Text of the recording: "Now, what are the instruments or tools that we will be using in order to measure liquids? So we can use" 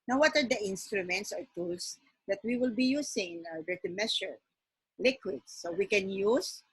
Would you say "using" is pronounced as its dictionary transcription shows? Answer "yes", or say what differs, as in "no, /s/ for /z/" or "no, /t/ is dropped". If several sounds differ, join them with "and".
no, /s/ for /z/